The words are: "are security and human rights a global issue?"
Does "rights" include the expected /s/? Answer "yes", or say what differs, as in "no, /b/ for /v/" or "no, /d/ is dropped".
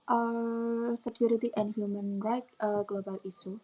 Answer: no, /s/ is dropped